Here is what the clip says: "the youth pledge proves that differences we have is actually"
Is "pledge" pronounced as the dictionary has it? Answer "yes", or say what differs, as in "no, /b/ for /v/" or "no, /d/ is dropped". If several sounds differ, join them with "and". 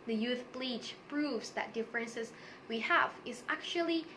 no, /b/ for /p/